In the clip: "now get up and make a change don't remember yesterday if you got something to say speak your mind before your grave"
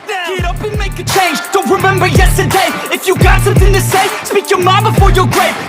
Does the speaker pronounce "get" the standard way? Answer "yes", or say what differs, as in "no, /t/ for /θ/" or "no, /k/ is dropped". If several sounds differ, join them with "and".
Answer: no, /t/ is dropped